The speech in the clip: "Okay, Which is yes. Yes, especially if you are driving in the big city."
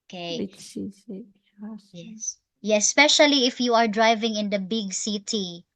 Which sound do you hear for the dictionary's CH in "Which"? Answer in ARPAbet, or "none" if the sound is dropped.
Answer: S